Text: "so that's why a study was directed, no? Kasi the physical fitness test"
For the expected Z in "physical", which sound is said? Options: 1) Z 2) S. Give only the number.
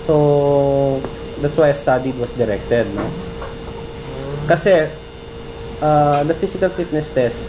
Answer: 2